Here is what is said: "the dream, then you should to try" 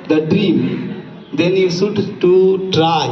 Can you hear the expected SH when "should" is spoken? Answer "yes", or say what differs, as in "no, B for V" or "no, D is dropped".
no, S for SH